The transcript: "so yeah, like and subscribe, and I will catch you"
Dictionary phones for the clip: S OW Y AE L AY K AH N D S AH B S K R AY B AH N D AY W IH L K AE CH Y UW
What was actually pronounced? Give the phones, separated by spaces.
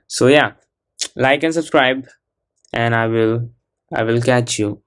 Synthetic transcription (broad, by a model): S OW Y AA L AY K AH N S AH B S K R AY B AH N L AY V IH L K AE CH Y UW